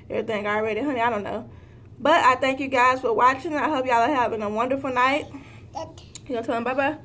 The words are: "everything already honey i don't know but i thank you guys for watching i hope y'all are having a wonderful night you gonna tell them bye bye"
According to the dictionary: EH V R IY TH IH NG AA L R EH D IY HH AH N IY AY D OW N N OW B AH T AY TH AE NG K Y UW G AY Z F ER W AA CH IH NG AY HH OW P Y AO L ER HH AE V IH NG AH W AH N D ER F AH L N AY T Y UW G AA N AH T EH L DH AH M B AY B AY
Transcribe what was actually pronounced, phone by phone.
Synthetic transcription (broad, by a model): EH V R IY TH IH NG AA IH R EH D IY HH AH N IY AY D OW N N OW B AH T AY TH AE NG K Y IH G AY Z F ER W AA CH IH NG AY HH OW P Y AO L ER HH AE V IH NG AH W AH N D ER F L N AY T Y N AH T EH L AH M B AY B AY